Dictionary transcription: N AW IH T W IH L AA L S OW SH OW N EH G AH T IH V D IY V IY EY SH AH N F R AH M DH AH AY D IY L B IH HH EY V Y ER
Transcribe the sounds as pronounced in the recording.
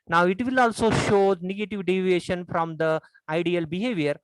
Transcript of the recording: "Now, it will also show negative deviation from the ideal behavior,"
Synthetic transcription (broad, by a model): N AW IH T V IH L AA L S OW SH OW N EH G AH T IH V D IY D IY EY SH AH N F R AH M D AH AY D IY L B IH HH EY V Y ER